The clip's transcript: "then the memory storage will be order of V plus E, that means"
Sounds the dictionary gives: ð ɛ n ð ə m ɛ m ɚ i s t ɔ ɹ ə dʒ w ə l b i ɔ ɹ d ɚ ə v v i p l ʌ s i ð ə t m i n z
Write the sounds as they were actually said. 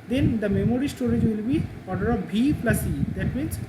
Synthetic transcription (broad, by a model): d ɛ n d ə m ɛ m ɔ i s t ɔ ɹ ə dʒ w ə l b i ɔ ɹ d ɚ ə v b i p l ʌ s i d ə t m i n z